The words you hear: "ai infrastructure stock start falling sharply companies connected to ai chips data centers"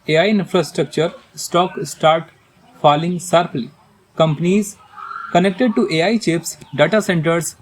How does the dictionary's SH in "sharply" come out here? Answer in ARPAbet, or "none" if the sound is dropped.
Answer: S